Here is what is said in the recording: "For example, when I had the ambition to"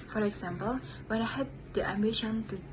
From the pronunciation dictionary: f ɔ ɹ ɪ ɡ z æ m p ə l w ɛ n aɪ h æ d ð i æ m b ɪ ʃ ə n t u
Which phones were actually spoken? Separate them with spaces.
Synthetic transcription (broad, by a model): f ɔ ɹ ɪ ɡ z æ m p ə l w ɛ n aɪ h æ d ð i æ m b ɪ ʃ ə n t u